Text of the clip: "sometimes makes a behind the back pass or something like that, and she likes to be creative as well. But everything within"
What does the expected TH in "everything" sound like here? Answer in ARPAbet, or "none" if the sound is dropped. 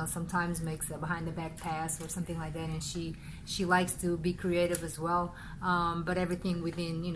TH